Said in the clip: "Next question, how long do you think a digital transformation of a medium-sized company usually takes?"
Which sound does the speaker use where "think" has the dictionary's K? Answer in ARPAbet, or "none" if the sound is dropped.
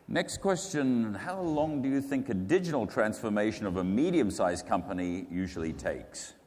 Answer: K